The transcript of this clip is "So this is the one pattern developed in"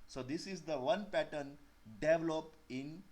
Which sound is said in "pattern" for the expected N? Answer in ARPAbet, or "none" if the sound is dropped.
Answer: N